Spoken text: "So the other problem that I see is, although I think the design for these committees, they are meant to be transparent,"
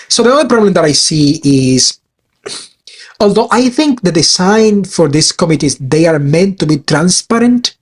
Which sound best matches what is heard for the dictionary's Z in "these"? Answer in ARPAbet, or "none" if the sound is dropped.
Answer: S